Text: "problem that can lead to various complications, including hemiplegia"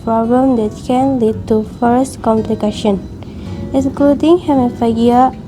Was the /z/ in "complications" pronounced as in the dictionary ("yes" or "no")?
no